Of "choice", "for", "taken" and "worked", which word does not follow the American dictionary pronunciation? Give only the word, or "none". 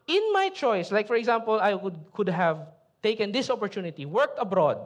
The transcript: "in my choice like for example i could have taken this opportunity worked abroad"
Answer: none